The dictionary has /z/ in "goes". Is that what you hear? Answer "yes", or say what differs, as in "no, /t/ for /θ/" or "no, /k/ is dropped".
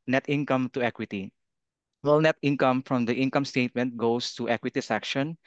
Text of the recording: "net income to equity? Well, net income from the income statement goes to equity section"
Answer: no, /s/ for /z/